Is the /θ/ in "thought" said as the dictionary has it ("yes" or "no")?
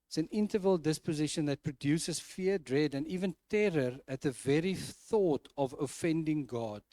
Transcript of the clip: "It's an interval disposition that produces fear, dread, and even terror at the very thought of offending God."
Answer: yes